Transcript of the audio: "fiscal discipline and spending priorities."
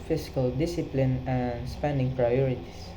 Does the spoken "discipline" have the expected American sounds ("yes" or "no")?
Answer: yes